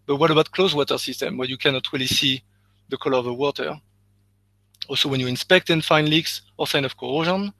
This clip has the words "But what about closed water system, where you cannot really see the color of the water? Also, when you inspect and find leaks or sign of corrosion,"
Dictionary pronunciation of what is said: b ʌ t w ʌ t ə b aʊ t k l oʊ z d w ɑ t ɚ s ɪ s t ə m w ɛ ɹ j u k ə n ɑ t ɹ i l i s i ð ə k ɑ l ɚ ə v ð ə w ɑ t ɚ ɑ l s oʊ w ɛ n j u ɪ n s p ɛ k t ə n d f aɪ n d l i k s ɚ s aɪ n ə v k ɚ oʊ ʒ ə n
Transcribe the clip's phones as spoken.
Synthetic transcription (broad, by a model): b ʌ t w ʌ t ə b aʊ t k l oʊ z w ɑ t ɚ s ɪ s t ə m w ɛ ɹ j u k ə n ɑ t ɹ i l i s i ð ə k ɑ l ɚ ə v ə w ɑ t ɚ ɑ l s oʊ w ɛ n j u ɪ n s p ɛ k t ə n f aɪ n l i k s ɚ s aɪ n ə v k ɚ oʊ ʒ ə n